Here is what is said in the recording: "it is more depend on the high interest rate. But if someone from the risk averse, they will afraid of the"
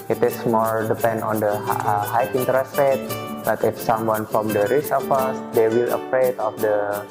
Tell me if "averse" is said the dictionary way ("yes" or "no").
no